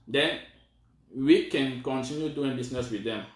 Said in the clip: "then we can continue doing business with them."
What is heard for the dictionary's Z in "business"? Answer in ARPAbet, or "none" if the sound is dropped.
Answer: S